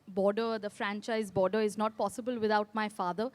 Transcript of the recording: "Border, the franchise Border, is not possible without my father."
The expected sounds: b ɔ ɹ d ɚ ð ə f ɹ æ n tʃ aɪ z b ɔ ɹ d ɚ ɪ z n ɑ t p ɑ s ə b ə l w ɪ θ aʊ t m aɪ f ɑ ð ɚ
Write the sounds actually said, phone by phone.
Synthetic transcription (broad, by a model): b ɔ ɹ d ɚ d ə f ɹ æ n tʃ aɪ z b ɔ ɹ d ɚ ɪ z n ɑ t p ɑ s ə b ə l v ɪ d aʊ t m aɪ f ɑ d ɚ